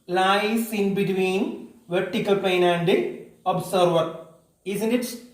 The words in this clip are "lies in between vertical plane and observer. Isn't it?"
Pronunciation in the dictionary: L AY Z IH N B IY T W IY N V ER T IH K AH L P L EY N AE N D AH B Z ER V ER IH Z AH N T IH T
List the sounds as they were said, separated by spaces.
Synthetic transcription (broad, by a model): L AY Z IH N B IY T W IY N V ER T IH K AH L P EY N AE N D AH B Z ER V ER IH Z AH N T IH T